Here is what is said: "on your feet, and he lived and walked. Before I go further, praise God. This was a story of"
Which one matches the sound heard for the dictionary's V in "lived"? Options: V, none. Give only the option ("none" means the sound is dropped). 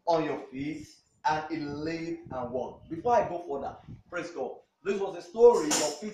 none